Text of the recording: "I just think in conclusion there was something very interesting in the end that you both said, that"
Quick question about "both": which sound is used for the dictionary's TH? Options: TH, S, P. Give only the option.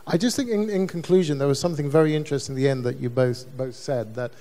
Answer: TH